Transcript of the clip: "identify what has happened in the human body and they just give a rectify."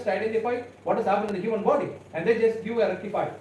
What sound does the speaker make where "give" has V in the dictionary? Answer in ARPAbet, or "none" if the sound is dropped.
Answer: none